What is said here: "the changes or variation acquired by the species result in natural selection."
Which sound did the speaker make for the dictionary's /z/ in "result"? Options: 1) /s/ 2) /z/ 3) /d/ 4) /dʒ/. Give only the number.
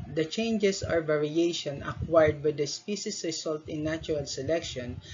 1